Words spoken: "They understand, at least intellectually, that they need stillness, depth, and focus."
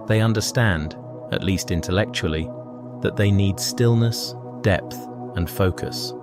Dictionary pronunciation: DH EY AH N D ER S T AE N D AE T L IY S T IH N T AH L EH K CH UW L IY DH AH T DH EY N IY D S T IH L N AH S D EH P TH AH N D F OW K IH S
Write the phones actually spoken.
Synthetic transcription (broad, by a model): DH EY AH N D ER S T AE N D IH T L IY S T IH N T AH L EH K CH UW L IY DH AH T DH EY N IY D S T IH L N AH S D EH P TH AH N F OW K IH S